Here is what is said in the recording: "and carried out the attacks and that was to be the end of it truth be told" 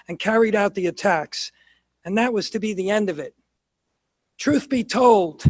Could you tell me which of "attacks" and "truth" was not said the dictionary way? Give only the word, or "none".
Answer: none